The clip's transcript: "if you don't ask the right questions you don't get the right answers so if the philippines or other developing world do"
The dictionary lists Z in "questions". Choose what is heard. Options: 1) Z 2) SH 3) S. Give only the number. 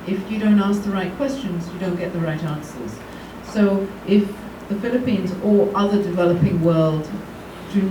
1